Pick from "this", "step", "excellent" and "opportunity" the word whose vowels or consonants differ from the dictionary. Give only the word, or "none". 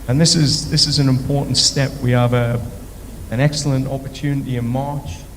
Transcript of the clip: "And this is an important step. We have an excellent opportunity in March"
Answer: none